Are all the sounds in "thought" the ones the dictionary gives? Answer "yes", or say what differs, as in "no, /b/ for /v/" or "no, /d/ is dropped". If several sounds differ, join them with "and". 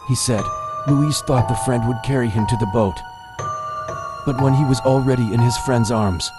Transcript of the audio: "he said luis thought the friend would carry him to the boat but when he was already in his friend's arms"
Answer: yes